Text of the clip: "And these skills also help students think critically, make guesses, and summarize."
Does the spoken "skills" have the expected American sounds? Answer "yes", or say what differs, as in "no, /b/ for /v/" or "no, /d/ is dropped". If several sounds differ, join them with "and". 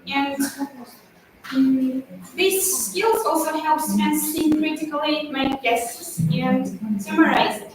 yes